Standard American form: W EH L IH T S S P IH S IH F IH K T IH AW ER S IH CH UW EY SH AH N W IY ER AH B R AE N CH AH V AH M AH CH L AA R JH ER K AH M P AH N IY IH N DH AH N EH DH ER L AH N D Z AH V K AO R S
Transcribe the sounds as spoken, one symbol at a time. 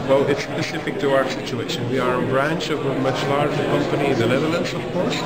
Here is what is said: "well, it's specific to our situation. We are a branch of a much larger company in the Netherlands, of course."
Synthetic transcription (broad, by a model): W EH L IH T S S P IH S IH F IH K T IH AW ER S IH CH UW EY SH AH N W IY ER AH B R AE N CH AH V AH M AH CH L AA R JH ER K AH M P AH N IY IH N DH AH L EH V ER L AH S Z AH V K AO R S